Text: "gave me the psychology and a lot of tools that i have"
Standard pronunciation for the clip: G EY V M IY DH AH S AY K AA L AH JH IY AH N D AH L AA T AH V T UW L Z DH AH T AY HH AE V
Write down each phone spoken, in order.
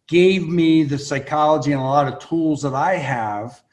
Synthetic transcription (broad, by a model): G EY V M IY DH AH S AY K AA L AH JH IY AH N AH L AA T AH V T UW L Z DH AH T AY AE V